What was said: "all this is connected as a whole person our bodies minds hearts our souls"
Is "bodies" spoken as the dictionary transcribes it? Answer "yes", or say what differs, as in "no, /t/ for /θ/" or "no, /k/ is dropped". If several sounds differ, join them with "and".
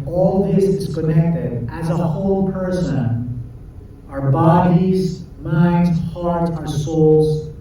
yes